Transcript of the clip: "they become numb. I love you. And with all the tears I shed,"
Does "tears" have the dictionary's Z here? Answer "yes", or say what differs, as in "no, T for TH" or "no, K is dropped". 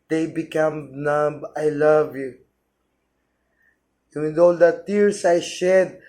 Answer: no, S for Z